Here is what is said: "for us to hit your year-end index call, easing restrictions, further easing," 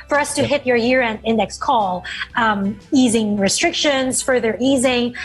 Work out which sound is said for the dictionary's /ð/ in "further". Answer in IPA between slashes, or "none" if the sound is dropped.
/ð/